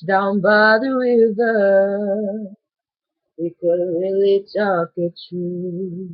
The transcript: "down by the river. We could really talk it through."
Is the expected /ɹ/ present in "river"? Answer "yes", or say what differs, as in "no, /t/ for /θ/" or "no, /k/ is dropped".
no, /w/ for /ɹ/